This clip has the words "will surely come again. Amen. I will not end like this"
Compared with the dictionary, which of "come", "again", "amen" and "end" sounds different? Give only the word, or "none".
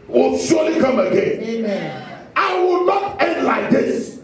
amen